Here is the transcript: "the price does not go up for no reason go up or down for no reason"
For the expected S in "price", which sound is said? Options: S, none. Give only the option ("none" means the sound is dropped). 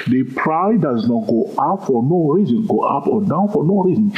none